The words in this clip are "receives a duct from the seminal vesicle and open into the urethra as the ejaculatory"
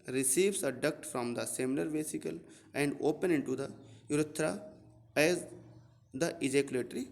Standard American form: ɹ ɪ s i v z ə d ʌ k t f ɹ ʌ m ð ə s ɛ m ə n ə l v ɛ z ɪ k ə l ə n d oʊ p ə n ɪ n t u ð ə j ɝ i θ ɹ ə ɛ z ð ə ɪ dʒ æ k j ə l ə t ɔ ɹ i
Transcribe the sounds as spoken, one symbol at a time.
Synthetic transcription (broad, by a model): ɹ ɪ s i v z ə d ʌ k t f ɹ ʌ m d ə s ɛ m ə l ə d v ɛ s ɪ k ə l ə n d oʊ p ə n ɪ n t u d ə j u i t ɹ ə ɛ z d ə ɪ dʒ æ k j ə l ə t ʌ ɹ i